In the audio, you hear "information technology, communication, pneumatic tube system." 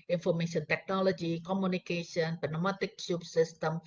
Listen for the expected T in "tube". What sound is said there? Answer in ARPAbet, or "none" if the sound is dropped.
S